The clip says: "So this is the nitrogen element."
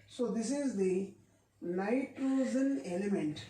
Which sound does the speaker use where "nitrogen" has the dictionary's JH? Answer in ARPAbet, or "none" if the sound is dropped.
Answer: Z